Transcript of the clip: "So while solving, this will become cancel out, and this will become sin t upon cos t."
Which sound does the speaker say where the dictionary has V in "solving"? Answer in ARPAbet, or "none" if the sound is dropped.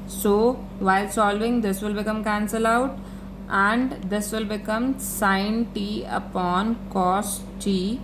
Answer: V